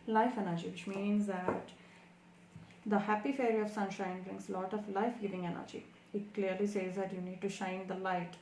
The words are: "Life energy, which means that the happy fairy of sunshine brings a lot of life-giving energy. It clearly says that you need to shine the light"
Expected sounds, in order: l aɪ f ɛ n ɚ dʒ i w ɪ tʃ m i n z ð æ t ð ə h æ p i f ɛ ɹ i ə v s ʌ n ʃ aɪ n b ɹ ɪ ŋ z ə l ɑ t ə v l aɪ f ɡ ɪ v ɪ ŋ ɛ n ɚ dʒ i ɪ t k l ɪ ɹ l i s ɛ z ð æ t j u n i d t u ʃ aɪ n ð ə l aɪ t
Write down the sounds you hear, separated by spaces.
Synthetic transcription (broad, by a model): l aɪ f ɛ n ɚ dʒ i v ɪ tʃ m i n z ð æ t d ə h æ p i f ɛ ɹ i ə v s ʌ n ʃ aɪ n b ɹ ɪ ŋ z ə l ɑ t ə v l aɪ f ɡ ɪ v ɪ ŋ ɛ n ɚ dʒ i ɪ t k l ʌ ɹ l i s ɛ z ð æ t j u n i d t u ʃ aɪ n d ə l aɪ t